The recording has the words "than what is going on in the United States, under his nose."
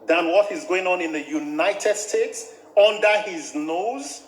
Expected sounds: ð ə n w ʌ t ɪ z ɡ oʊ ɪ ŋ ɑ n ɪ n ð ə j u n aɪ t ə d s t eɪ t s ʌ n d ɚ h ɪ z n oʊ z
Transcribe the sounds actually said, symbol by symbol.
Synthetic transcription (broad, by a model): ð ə n w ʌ t ɪ z ɡ oʊ ɪ ŋ ɑ n ɪ n ð ə j u n aɪ t ə d s t eɪ t s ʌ n d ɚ h ɪ z n oʊ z